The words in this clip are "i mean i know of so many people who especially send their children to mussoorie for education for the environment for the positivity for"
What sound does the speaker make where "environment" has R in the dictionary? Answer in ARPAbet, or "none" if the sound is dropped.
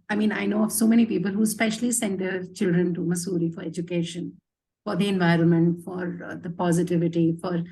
R